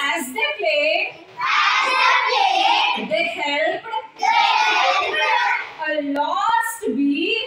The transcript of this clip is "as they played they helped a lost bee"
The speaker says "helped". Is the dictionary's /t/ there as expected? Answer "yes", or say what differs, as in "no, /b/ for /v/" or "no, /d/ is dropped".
no, /t/ is dropped